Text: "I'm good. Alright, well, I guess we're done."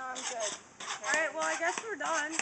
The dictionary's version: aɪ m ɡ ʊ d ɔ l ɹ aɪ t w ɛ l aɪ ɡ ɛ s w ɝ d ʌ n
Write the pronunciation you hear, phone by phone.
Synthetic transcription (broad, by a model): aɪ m ɡ ʊ d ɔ ɹ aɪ t w ɛ l aɪ ɡ ɛ s w ɝ d ʌ n